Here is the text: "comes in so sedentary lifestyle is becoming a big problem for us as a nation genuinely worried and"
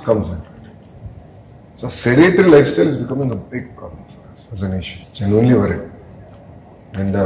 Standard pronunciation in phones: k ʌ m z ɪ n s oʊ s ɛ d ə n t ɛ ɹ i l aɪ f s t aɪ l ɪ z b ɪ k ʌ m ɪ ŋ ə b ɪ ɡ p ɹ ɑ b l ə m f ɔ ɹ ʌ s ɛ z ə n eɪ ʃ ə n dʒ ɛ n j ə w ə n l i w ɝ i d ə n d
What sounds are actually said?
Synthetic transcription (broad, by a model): k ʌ m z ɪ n s oʊ s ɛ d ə t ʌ ɹ i l aɪ f s t aɪ l ɪ z b ɪ k ʌ m ɪ ŋ ə b ɪ ɡ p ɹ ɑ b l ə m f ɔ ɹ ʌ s ɛ z ə n eɪ ʃ ə n dʒ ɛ n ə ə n l i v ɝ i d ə n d